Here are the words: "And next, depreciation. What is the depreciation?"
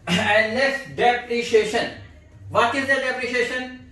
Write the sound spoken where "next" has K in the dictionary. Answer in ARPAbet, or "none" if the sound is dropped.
none